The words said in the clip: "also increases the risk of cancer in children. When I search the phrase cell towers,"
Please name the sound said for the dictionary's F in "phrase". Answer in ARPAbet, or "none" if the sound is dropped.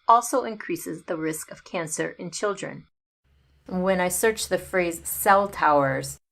F